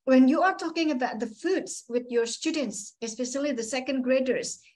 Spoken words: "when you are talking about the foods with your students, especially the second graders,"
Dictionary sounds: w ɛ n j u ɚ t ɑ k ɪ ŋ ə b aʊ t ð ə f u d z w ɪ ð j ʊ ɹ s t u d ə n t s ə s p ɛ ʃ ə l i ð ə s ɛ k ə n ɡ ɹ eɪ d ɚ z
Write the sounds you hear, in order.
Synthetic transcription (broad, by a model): w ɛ n j u ɚ t ɑ k ɪ ŋ ə b aʊ t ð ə f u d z w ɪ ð j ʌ ɹ s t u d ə n t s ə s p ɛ s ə l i ð ə s ɛ k ə n ɡ ɹ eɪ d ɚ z